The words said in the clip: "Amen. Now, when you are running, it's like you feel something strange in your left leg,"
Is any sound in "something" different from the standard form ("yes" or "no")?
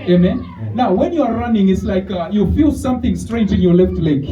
no